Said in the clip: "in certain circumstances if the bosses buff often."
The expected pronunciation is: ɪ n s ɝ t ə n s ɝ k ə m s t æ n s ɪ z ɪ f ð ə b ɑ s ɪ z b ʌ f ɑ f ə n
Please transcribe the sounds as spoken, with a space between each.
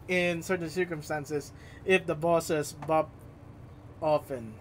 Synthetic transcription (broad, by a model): ɪ n s ɝ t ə n s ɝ k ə m s t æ n s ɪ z ɪ f ð ə b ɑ s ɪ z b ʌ p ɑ f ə n